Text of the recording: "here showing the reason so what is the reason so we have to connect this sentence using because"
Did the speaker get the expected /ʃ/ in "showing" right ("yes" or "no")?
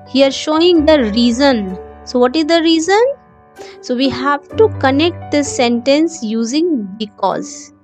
yes